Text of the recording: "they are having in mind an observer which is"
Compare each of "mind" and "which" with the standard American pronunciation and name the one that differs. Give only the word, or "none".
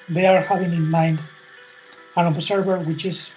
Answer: none